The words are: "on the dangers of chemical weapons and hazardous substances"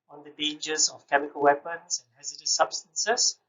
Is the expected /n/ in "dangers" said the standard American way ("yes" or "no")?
no